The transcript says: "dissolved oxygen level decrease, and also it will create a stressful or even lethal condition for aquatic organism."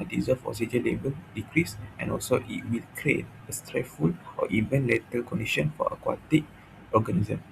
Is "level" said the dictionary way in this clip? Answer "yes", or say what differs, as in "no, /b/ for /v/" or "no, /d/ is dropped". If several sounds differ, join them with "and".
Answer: no, /b/ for /v/